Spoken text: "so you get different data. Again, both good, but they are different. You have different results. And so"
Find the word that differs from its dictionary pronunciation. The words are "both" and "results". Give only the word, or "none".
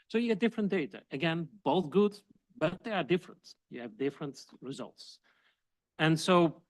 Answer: none